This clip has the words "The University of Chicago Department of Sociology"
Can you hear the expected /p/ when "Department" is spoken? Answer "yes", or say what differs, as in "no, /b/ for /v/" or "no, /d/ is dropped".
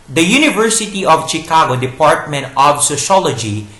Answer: yes